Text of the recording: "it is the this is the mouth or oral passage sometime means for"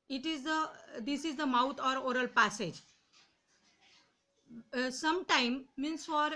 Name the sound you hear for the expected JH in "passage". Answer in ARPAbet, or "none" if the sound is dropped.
JH